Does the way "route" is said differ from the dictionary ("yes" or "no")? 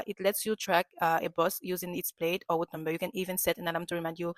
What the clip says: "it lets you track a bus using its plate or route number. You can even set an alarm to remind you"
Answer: yes